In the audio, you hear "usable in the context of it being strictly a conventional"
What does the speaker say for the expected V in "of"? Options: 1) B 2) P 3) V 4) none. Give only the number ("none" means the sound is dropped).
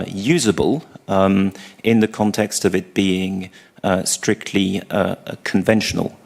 3